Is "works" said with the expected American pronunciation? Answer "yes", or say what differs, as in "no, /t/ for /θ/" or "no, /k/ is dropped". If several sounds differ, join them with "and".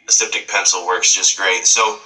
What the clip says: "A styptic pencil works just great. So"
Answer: yes